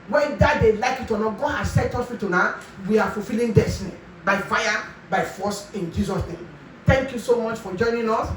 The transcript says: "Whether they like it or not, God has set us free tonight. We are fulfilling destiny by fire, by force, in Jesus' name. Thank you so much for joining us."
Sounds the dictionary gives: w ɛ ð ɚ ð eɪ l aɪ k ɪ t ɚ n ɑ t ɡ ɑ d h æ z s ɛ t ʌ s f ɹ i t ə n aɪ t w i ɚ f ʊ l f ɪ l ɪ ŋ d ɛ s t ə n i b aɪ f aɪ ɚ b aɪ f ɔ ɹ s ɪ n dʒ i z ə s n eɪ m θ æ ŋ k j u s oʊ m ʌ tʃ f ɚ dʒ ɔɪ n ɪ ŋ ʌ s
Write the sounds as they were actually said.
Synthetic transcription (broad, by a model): w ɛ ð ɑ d eɪ l aɪ k ɪ t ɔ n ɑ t ɡ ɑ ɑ s ɛ t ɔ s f i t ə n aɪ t w i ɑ f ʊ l f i l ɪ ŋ d ɛ s t ə n i b aɪ f aɪ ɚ b aɪ f ɔ s ɪ n dʒ i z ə s n eɪ m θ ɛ ŋ k j u s oʊ m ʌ tʃ f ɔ dʒ ɔɪ n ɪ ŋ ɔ s